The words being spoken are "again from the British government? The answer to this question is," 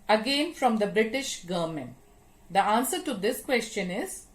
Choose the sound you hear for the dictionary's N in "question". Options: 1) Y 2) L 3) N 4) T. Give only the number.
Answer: 3